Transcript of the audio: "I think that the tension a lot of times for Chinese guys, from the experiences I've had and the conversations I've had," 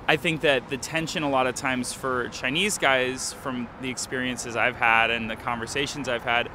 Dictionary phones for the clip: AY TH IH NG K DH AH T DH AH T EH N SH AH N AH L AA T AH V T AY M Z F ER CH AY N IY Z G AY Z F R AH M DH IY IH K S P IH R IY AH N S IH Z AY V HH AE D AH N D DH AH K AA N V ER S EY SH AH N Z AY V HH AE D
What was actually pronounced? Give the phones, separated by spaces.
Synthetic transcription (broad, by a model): AY TH IH NG K DH AH T DH AH T EH N SH AH N AH L AA T AH V T AY M Z F ER CH AY N IY Z G AY Z F R AH M DH IY IH K S P IH R IY AH N S IH Z AY V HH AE D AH N DH AH K AA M V ER S EY SH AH N Z AY V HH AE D